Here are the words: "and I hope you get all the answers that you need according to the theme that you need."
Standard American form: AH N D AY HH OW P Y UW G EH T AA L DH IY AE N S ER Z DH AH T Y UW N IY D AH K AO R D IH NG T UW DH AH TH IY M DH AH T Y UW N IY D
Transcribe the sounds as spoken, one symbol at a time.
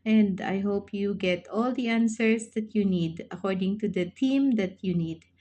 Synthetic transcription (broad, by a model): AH N D AY HH OW P Y UW G EH T AA L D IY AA N S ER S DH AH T Y UW N IY D AH K AO R D IH NG T UW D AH T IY M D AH T Y UW N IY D